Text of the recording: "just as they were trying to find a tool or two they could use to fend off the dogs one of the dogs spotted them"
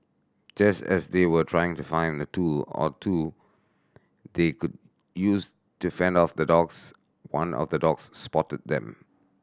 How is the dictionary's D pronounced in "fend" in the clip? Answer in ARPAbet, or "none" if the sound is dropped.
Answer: D